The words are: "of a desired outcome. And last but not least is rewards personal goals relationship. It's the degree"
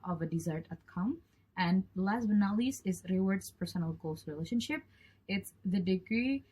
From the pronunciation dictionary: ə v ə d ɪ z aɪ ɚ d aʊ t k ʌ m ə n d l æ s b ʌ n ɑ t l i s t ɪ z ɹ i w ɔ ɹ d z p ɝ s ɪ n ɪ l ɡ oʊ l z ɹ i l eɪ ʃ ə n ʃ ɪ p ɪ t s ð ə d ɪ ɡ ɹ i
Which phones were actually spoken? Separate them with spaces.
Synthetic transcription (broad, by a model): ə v ə d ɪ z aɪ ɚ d aʊ t k ʌ m ə n d l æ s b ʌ n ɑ l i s ɪ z ɹ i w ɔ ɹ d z p ɝ s ɪ n ɪ l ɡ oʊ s ɹ i l eɪ ʃ ə n ʃ ɪ p ɪ t s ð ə d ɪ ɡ ɹ i